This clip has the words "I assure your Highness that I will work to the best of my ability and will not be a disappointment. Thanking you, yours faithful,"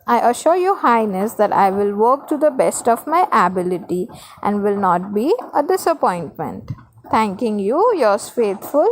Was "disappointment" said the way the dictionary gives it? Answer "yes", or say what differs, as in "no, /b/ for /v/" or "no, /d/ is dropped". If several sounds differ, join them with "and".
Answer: yes